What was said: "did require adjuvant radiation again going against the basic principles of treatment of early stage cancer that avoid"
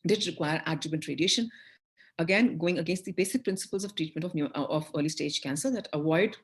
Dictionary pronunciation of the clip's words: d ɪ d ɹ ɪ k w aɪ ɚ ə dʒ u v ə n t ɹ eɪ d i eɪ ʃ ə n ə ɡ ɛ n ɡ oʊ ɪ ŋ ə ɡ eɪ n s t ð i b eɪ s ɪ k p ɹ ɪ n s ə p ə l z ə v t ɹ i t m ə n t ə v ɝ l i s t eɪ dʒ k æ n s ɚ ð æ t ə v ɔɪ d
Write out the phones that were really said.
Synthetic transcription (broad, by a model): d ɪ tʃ ɹ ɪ k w aɪ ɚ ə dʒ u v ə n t ɹ eɪ d i eɪ ʃ ə n ə ɡ ɛ n ɡ oʊ ɪ ŋ ə ɡ eɪ n s t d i b eɪ s ɪ k p ɹ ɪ n s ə p ə l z ə v t ɹ i t m ə n t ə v ɝ l i s t eɪ dʒ k æ n s ɚ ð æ t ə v ɔɪ d